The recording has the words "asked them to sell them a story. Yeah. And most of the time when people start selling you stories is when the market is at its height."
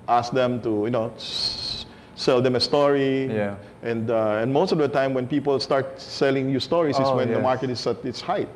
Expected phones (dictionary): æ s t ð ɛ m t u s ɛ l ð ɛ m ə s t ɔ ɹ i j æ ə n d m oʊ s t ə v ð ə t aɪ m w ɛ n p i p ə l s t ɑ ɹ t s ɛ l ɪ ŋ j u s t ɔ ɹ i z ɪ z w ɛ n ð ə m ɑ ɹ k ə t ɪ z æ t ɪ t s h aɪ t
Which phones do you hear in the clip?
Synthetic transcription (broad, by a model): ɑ s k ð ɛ m t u s ɛ l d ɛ m ə s t ɔ ɹ i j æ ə n d m oʊ s t ə v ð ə t aɪ m w ɛ n p i p ə l s t ɑ ɹ t s ɛ l ɪ ŋ j u s t ɔ ɹ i s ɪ s w ɛ n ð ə m ɑ ɹ k ə t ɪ s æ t ɪ t s h aɪ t